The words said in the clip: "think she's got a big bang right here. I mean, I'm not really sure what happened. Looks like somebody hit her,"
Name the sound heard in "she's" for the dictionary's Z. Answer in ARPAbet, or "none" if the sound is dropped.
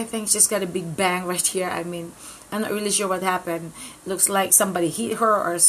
S